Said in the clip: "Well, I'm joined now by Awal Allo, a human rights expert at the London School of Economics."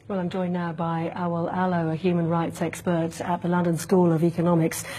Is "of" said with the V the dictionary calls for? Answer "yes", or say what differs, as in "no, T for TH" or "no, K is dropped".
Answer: yes